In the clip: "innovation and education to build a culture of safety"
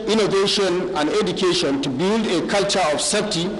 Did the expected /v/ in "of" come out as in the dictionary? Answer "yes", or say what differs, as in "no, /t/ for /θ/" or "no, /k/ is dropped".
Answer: no, /f/ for /v/